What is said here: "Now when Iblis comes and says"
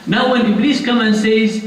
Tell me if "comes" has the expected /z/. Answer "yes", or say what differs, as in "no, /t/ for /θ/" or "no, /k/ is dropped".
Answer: no, /z/ is dropped